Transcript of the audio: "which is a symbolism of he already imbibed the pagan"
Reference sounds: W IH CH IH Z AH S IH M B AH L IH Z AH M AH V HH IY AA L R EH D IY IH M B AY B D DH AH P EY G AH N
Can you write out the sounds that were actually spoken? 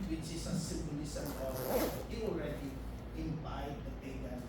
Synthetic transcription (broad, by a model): W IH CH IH S AH S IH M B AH L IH S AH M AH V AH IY AA L R EH D IY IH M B AY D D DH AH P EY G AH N